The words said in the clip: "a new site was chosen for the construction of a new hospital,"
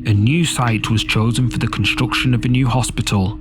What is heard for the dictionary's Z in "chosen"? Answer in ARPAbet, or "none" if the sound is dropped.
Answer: Z